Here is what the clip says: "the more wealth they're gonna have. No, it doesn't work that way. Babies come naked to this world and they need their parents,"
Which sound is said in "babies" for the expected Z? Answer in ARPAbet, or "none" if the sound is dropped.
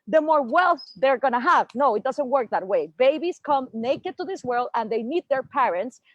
S